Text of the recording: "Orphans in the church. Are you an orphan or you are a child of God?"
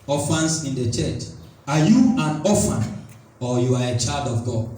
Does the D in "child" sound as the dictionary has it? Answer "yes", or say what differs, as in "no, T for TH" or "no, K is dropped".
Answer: yes